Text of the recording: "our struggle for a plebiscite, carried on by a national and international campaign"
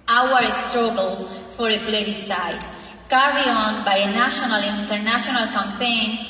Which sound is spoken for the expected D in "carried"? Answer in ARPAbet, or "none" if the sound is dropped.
none